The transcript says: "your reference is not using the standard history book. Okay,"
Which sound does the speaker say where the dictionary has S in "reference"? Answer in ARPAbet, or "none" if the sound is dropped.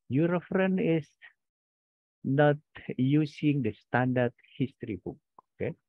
none